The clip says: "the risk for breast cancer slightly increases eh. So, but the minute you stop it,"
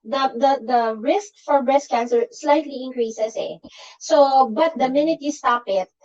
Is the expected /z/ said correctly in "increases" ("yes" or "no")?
no